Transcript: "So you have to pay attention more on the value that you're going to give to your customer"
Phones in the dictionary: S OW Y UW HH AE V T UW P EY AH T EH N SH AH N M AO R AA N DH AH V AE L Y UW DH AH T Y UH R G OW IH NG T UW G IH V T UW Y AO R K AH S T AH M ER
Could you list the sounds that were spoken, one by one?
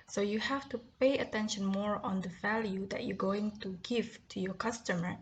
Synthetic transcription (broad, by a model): S OW Y UW HH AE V T UW P EY AH T EH N SH AH N M AO R AA N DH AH V AE L Y UW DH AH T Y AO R G OW IH NG T UW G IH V T UW Y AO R K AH S T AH M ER